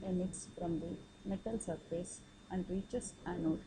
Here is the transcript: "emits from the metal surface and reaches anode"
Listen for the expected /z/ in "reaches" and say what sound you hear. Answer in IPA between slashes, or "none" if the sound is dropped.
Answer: /s/